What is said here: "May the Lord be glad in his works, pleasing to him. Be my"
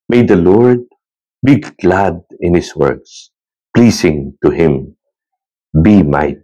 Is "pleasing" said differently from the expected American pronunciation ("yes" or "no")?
yes